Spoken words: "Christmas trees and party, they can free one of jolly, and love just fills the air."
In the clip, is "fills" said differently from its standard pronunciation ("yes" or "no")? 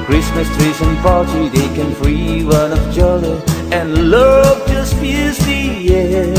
yes